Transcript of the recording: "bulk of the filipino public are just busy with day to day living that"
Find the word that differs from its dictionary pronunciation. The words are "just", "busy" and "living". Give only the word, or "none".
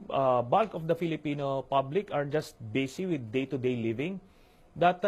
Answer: busy